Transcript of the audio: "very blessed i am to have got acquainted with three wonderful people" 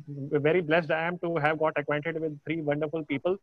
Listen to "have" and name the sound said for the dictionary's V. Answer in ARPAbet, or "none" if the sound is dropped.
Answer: V